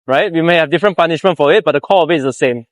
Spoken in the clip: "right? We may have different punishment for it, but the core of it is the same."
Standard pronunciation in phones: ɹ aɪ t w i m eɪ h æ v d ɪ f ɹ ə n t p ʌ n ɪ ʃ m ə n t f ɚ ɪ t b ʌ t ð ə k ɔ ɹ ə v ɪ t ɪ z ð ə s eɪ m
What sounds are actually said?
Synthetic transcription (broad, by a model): ɹ aɪ t w i m eɪ h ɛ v d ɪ f ɹ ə n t p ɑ n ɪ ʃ m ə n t f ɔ ɪ t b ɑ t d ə k ɔ l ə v ɪ t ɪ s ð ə s eɪ m